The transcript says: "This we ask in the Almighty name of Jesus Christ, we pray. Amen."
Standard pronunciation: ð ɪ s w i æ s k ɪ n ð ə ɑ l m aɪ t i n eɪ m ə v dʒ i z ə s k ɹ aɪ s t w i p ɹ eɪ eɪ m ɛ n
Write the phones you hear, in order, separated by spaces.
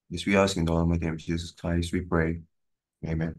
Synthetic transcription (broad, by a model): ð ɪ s w i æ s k ɪ n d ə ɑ m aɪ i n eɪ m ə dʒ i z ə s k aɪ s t w i p ɹ eɪ eɪ m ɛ n